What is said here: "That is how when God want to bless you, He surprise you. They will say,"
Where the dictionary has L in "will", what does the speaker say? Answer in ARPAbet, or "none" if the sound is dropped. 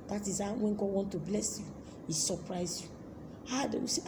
W